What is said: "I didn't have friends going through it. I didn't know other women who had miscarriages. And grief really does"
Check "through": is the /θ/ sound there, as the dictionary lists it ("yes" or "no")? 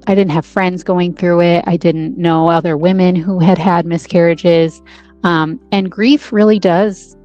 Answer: yes